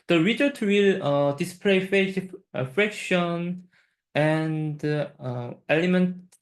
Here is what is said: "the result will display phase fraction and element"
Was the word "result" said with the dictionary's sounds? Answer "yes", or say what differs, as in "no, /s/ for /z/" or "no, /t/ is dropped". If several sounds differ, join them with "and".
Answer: no, /l/ is dropped